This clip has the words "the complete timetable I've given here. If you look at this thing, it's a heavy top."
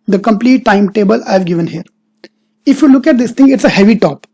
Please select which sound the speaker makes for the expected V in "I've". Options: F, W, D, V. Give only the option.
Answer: V